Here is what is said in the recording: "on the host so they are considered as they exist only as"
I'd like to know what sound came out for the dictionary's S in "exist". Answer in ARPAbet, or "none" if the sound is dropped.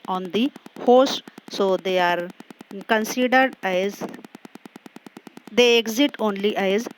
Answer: none